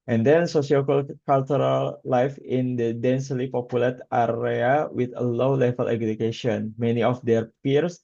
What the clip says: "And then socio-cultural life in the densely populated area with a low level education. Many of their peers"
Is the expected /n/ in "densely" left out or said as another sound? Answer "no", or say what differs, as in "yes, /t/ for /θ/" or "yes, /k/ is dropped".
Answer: no